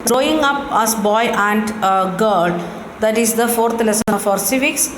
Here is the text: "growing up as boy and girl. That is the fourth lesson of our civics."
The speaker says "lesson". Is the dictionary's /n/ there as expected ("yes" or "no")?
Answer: no